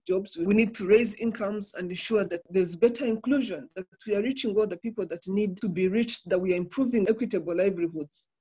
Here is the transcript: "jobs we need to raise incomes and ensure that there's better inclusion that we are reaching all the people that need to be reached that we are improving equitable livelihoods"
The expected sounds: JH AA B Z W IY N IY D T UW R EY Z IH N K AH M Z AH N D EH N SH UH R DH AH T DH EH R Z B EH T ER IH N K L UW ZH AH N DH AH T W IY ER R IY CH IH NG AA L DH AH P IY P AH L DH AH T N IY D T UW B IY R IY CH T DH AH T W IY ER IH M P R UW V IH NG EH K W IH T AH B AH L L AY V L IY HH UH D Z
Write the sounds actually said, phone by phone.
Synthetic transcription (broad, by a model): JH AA B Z W IY N IY D T UW R EY Z IH N K AH M Z AH N D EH N SH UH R DH AH T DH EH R Z B EH T ER IH N K L UW ZH AH N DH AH T W IY ER R IY CH IH NG AA L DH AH P IY P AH L DH AH T N IY D T UW B IY R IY CH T DH AH T W IY ER IH M P R UW V IH NG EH K W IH T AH B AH L L AY V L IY HH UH D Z